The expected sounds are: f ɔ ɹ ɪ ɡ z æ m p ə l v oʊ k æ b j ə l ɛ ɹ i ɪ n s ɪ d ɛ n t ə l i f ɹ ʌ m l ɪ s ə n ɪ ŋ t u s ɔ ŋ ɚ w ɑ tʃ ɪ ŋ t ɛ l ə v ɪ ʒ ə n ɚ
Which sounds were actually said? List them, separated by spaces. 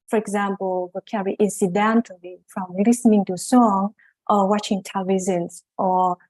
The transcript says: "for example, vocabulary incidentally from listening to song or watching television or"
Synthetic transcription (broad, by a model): f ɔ ɹ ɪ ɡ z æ m p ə l w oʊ k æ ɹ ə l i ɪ n s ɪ d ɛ n t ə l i f ɹ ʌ m l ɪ s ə n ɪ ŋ t u s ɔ ŋ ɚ w ɑ tʃ ɪ ŋ t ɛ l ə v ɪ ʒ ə n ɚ